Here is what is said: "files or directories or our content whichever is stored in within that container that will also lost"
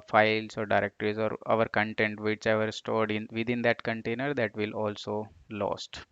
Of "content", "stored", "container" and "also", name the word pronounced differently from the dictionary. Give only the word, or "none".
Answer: none